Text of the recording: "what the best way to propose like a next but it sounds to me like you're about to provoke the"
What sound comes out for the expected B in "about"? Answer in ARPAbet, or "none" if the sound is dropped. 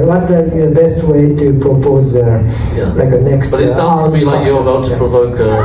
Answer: none